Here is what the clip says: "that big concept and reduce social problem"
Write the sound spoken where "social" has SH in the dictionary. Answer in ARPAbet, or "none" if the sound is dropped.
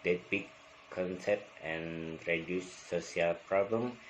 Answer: none